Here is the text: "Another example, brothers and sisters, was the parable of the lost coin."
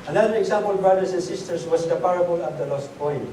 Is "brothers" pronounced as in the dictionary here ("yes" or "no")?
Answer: no